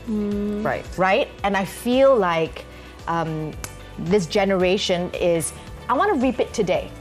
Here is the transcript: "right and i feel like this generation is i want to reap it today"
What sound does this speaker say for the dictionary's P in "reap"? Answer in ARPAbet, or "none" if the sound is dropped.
P